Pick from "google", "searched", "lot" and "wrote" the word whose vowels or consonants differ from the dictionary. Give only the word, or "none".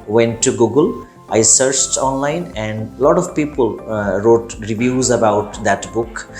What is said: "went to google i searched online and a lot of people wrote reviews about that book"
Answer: none